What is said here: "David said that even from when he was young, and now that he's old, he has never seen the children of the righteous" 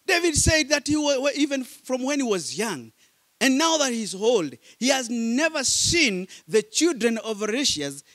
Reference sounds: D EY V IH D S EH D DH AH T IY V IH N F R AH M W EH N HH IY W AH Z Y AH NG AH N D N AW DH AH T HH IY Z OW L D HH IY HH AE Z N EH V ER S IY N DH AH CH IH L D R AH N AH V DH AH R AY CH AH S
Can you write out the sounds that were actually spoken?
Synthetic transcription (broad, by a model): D EY V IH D S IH D DH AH T IY V IH N F R AH M W EH N HH IY W AH Z Y AH NG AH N N AW DH AH T HH IY Z OW L D HH IY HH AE Z N EH V ER S IY N DH AH CH IH L D R AH N AH V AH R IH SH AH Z